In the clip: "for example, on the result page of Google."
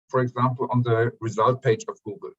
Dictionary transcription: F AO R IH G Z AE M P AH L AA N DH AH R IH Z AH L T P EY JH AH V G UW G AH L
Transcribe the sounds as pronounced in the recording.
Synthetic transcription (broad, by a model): F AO R IH G Z AE M P AH L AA N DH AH R IH Z AH L T P EY JH AH V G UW G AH L